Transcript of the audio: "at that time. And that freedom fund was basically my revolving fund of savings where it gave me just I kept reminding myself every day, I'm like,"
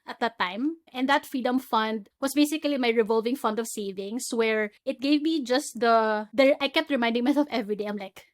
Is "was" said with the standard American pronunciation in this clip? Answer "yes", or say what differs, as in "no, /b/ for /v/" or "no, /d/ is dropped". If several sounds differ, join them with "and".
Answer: no, /s/ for /z/